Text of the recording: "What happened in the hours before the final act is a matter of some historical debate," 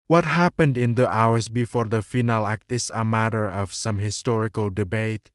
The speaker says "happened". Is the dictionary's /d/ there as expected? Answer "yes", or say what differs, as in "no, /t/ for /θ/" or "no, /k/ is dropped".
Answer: yes